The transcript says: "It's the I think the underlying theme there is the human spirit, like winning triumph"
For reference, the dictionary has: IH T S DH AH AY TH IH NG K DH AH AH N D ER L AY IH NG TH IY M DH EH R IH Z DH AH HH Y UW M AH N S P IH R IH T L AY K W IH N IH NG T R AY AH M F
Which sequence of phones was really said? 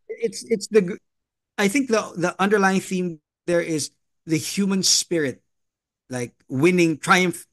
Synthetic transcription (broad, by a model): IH T S DH AH AY TH IH NG K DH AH AH N D ER L AY IH NG TH IY M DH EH R IH Z DH AH HH Y UW M AH N S P IH R IH T L AY K W IH N IH NG T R AY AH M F